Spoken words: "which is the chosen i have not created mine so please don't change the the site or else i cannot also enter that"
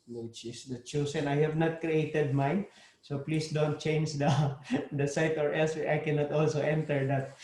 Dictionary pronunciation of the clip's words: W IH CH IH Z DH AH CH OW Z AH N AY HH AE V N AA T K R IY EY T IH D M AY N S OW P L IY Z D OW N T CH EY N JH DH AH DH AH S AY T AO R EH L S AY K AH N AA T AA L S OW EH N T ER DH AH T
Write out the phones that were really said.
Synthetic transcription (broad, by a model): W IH CH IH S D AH CH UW S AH N AY HH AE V N AA T K R IY EY T IH D M AY N S OW P L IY S D OW N T CH EY N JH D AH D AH S AY T AO R EH L S AY K AH N AA T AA L S OW EH N T ER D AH T